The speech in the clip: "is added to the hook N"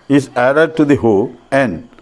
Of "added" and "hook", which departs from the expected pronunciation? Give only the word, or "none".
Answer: hook